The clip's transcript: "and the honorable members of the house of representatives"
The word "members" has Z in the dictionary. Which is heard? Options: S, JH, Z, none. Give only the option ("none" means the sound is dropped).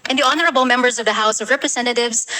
Z